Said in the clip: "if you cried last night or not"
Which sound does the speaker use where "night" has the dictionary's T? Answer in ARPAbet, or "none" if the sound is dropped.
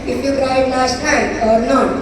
none